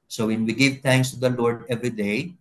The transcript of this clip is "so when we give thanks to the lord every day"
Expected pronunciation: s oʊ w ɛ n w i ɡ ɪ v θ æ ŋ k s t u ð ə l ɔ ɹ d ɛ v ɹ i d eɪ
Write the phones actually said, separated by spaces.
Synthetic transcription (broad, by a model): s oʊ w ɛ n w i ɡ ɪ v t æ ŋ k s t u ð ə l ɔ ɹ d ɛ v ɹ i d eɪ